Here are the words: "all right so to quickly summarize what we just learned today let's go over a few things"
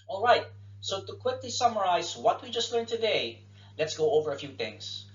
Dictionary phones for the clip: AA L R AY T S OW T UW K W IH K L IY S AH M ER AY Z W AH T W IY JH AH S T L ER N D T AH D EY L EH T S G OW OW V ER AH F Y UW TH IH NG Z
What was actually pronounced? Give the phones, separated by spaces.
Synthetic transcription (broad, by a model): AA L R AY T S OW T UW K W IH K L IY S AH M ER AY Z W AH T W IY JH AH S T L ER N T AH D EY L EH T S G OW OW V ER AH F Y UW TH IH NG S